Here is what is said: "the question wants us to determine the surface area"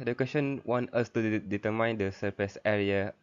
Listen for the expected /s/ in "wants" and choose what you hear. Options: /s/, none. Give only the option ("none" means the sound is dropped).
none